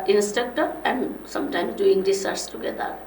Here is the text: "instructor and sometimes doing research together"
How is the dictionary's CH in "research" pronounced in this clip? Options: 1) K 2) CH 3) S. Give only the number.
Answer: 3